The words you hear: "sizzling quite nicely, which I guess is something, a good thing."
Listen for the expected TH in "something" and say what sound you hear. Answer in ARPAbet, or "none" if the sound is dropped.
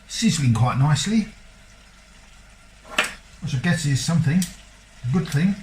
TH